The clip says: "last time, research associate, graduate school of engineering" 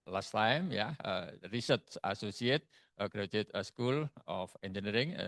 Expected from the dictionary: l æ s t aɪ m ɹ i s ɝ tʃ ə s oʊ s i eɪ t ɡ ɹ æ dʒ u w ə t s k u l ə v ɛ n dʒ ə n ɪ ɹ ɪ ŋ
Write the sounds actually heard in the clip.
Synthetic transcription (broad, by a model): l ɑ s t aɪ m ɹ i s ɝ s ə s oʊ s i eɪ t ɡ ɹ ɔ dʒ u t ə s k u l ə f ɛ n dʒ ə n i ɹ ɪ ŋ